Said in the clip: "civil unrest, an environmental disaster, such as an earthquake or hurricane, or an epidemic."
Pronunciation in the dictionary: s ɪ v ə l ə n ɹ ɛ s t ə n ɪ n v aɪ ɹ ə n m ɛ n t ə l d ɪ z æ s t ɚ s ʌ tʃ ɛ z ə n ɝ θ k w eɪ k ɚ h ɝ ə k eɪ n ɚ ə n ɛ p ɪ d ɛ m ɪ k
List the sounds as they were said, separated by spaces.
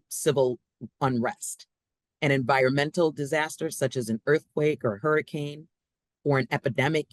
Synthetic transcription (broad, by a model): s ɪ v l ə n ɹ ɛ s t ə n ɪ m v aɪ ɹ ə n m ɛ n t l d ɪ z æ s t ɚ s ʌ tʃ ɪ z ə n ɝ θ k w eɪ k ɚ h ɝ ə k eɪ n ɚ ə n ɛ p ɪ d ɛ m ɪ k